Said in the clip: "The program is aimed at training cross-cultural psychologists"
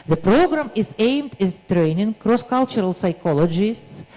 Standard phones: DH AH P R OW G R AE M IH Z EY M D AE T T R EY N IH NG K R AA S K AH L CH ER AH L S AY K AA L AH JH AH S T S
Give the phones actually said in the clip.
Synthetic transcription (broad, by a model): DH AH P R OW G R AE M IH Z EY M D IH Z T R EY N IH NG K R AA S K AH L CH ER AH L S AY K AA L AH JH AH S T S